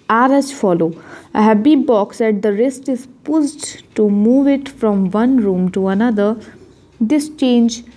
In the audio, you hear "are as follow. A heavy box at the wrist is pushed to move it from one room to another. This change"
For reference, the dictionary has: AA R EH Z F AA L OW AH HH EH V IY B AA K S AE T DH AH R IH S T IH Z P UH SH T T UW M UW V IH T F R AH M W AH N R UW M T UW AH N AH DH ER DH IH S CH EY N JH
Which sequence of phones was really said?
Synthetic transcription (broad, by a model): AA R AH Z F AA L OW AH HH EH B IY B AA K S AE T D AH R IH S T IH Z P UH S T T UW M UW V IH T F R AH M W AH N R UW M T UW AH N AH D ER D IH S CH EY N JH